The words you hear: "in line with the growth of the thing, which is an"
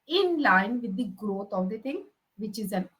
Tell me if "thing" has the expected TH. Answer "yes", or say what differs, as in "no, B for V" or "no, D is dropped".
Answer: no, T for TH